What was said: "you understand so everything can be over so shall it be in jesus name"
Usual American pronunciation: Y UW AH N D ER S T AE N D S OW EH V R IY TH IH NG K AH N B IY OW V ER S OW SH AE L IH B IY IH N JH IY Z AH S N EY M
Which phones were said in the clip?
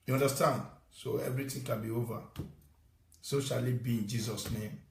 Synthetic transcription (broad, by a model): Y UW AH N D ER S T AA N D S OW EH V R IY T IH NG K AH N B IY OW V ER S OW SH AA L IH B IY IH N JH IY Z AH S N EY M